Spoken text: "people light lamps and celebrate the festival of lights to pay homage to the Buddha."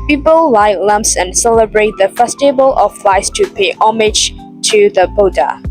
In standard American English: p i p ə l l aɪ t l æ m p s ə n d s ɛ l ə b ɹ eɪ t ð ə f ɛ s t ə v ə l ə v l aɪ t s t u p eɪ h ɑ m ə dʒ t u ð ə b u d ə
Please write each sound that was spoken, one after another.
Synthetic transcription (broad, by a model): p i p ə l l aɪ t l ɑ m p s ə n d s ɛ l ə b ɹ eɪ t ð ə f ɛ s t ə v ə l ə f l aɪ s t u p eɪ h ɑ m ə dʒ t u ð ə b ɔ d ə